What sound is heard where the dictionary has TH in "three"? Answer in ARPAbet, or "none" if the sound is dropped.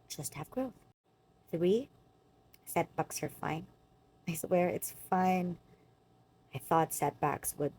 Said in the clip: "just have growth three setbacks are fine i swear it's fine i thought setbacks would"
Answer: TH